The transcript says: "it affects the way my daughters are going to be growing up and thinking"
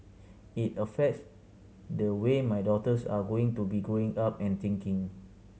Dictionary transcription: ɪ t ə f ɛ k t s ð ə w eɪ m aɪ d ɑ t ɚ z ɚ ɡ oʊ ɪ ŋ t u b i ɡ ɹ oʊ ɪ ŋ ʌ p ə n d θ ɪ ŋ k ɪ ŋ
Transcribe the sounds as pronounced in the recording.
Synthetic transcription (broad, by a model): ɪ t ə f ɛ k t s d ə w eɪ m aɪ d ɑ t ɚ s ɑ ɡ oʊ ɪ ŋ t u b i ɡ oʊ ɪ ŋ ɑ p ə n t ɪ ŋ k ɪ ŋ